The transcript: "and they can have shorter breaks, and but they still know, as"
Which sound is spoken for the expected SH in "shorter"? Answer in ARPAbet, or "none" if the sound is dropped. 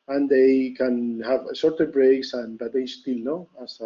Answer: S